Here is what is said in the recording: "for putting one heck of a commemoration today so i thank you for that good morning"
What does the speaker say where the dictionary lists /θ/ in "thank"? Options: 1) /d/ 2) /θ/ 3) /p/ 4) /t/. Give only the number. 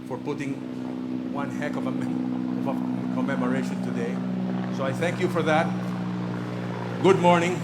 2